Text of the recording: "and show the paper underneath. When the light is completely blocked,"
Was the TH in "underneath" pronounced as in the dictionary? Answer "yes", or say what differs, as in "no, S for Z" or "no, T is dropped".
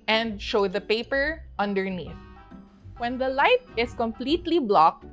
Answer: yes